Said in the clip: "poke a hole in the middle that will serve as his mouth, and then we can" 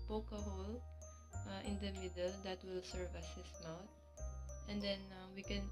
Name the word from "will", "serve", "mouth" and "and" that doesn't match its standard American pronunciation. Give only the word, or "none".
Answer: mouth